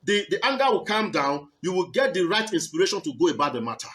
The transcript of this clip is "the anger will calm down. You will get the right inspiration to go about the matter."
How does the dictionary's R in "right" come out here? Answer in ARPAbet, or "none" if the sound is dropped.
R